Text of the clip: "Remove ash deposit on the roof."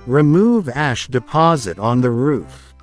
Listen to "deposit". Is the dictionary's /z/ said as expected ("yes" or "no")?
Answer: yes